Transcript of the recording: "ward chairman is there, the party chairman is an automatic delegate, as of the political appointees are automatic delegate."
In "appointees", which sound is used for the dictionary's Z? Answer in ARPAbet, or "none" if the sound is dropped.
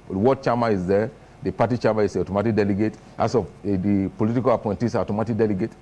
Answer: S